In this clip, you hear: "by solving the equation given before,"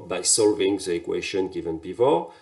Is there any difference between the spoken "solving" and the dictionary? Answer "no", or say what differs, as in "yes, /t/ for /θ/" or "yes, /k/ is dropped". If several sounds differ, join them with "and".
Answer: no